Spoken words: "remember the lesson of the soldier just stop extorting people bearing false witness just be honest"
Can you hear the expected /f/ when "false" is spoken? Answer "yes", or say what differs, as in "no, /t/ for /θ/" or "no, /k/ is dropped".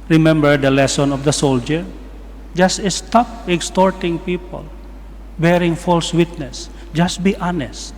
yes